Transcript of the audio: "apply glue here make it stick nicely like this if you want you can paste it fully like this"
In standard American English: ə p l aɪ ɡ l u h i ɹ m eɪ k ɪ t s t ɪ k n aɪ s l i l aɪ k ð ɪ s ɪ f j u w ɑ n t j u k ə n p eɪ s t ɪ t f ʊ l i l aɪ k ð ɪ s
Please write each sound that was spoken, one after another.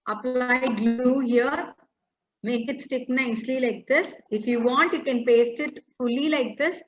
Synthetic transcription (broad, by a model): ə p l aɪ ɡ l u h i ɹ m eɪ k ɪ t s t ɪ k n aɪ s l i l aɪ k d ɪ s ɪ f j u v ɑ n t j u k ə n p eɪ s t ɪ t f ʊ l i l aɪ k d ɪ s